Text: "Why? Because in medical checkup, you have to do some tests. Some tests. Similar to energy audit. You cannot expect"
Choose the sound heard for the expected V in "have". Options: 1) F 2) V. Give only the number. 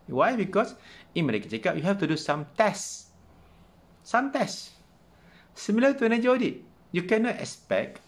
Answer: 1